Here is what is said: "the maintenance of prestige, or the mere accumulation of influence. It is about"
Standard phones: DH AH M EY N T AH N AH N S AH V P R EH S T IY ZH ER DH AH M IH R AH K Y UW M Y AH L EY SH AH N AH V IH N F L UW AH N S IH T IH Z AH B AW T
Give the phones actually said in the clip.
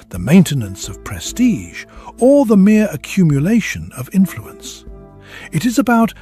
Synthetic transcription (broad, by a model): DH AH M EY N T AH N AH N S AH V P R EH S T IY ZH ER DH AH M IH R AH K Y UW M Y AH L EY SH AH N AH V IH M F L UW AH N S IH T IH Z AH B AW T